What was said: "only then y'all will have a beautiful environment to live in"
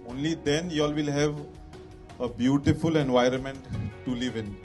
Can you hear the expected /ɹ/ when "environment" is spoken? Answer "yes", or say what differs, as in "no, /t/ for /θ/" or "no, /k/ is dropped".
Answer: yes